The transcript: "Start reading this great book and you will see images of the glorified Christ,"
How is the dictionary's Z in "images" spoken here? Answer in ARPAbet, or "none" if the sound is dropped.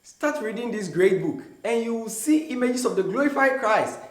S